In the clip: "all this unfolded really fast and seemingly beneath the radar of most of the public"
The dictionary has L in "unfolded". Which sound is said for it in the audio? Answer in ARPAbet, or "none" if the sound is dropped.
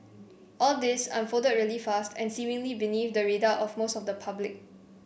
none